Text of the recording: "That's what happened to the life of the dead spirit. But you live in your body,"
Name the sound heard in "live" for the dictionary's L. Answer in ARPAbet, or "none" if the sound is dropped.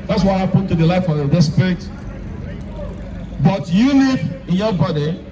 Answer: N